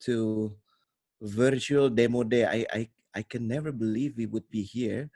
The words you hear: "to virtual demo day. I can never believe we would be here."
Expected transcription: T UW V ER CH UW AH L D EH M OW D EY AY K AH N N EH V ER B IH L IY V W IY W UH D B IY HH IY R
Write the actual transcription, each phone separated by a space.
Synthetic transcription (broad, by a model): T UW V ER CH UW AH L D EH M OW D EY AY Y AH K N EH V ER B IH L IY V W IY W UH D B IY HH IY R